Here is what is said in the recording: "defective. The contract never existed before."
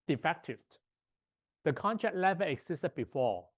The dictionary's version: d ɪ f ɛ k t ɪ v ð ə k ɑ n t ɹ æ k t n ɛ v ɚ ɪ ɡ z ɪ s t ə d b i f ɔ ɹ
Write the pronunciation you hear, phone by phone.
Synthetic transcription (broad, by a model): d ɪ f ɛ k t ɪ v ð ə k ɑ n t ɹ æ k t l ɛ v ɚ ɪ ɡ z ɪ s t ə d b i f ɔ